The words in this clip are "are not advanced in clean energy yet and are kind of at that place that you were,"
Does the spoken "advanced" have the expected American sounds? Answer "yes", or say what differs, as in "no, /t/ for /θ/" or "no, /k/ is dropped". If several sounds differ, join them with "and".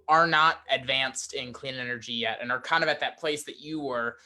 yes